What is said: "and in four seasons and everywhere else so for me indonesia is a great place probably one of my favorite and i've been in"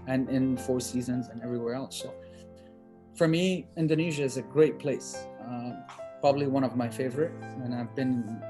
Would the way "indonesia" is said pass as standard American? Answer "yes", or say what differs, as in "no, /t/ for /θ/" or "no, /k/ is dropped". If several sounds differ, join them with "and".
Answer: yes